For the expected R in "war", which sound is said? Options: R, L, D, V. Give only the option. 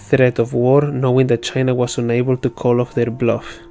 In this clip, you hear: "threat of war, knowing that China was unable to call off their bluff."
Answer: R